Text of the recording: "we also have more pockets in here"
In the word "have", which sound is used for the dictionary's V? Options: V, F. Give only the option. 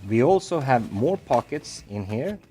V